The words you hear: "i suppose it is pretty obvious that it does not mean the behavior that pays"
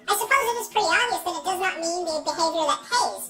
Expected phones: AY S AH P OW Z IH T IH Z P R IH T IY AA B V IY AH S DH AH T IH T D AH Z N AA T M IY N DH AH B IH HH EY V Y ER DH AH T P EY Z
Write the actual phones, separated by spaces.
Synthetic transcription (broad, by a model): AY S AH P OW Z IH T IH Z P R IH T IY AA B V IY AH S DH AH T IH T D AH Z N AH T M IY N DH AH B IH HH EY V Y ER DH AH T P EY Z